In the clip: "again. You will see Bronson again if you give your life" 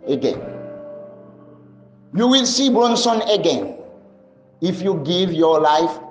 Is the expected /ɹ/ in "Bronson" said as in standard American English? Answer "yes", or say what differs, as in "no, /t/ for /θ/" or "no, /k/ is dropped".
yes